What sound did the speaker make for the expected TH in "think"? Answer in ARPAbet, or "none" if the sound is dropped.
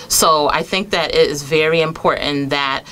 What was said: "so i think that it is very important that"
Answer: TH